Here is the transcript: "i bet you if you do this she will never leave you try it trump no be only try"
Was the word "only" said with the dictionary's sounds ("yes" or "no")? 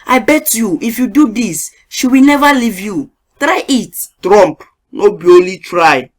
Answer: no